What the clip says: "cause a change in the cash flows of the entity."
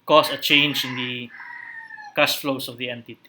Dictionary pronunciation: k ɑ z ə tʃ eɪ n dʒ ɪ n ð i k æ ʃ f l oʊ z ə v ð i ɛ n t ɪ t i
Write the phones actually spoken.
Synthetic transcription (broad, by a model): k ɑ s ə tʃ eɪ n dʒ ɪ n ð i k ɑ s f l oʊ s ə v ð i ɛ n t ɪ t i